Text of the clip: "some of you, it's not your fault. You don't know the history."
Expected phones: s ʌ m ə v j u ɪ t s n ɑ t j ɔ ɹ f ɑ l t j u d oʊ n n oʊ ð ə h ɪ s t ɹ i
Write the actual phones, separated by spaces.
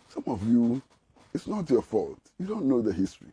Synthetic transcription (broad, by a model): s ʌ m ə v j u ɪ t s n ɑ t j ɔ f ɑ l t j u d oʊ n n oʊ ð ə h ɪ s t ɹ i